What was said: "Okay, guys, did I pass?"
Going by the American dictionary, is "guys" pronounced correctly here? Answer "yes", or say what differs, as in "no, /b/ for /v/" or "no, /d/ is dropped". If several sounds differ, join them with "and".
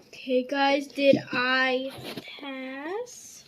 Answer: yes